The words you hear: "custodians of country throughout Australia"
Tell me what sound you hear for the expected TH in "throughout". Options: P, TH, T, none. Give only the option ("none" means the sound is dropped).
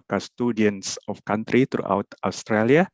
T